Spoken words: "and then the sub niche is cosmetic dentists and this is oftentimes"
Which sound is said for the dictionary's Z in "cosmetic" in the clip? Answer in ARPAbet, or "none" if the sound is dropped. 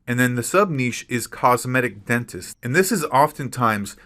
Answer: Z